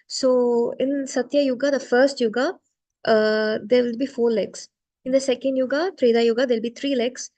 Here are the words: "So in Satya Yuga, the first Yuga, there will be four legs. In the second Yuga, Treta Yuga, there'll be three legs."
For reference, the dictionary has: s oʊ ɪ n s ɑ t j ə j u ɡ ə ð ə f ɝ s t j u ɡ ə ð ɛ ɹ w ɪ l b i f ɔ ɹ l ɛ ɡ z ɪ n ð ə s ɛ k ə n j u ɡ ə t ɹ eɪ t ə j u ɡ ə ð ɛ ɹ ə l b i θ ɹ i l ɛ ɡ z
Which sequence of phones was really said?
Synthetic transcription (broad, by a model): s oʊ ɪ n s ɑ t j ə j u ɡ ə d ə f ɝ s t j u ɡ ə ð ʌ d w ɪ l b i f ɔ l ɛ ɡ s ɪ n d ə s ɛ k ə n j u ɡ ə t ɹ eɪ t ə j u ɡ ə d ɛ l b i t ɹ i l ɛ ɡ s